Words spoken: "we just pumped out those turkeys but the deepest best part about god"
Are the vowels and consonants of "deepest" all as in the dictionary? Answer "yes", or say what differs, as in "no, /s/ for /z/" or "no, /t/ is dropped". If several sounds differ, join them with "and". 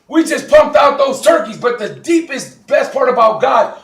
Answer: yes